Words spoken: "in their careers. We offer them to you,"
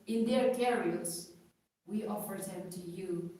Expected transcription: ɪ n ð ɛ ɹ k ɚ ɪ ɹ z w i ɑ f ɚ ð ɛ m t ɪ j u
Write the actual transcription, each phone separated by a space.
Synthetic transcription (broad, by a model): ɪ n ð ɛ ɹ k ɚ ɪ l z w i ɑ f ɚ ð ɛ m t ɪ j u